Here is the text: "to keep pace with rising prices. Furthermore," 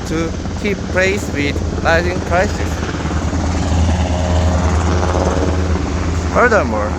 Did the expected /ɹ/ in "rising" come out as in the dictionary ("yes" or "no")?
no